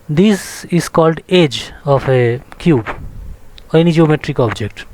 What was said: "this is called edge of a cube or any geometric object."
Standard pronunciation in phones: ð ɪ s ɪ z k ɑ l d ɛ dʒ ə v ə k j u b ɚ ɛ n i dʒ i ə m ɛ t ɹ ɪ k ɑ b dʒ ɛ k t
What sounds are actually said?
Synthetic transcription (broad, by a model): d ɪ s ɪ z k ɑ l d ɛ dʒ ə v ə k j u b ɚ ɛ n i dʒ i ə m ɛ t ɹ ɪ k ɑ b dʒ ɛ k t